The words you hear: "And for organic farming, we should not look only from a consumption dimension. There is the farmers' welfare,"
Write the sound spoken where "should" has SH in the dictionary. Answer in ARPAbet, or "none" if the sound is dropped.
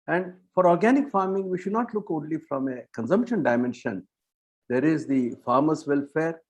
SH